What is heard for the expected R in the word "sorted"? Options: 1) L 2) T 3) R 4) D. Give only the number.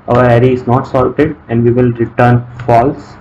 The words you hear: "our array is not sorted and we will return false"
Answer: 1